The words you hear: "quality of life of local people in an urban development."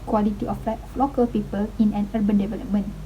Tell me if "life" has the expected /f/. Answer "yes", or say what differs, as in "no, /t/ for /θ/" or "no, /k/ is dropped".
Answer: no, /f/ is dropped